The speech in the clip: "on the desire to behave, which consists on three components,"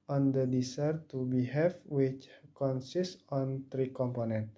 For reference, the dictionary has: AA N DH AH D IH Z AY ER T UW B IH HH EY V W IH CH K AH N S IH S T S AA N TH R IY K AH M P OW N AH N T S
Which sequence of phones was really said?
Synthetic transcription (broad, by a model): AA N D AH D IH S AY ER T UW B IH HH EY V W IH CH K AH N S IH S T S AA N T R IY K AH M P OW N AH N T